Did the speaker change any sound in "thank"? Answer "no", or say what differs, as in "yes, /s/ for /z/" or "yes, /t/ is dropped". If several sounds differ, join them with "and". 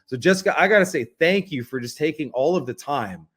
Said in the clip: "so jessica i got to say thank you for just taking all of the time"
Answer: no